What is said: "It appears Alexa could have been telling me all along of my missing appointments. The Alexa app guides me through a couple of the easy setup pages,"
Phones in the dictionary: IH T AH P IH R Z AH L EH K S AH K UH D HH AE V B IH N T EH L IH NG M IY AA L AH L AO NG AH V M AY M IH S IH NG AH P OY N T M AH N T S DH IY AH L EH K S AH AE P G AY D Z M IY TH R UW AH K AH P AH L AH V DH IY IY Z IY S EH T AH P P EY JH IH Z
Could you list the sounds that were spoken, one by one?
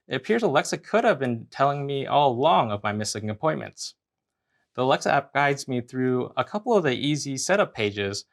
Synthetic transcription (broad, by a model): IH T AH P IH R Z AH L EH K S AH K UH D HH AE V B IH N T EH L IH NG M IY AA L L AO NG AH V M AY M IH S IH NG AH P OY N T M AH N T S DH IY AH L EH K S AH AE P G AY D Z M IY TH R UW AH K AH P L AH V DH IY IY Z IY S EH T AH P P EY JH IH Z